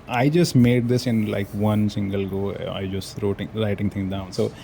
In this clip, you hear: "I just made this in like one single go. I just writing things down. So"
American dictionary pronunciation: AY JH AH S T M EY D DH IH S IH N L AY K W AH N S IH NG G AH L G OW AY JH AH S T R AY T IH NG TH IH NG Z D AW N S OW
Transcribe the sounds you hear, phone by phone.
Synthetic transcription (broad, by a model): AY JH AH S T M EY D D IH S IH N L AY K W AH N S IH NG G AH L G OW AY JH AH S T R AY T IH NG T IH NG D AW N S OW